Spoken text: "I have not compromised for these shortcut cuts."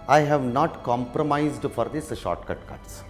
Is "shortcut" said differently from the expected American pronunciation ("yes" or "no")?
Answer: no